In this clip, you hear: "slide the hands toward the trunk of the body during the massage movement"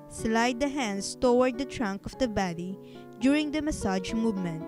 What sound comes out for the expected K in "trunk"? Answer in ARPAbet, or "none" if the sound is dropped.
K